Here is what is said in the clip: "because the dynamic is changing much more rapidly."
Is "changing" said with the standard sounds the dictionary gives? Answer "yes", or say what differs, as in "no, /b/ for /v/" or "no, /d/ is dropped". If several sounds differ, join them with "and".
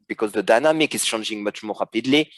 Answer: no, /ʃ/ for /tʃ/